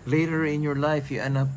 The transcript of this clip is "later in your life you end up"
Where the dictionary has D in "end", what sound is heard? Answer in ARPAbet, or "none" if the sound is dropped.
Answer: none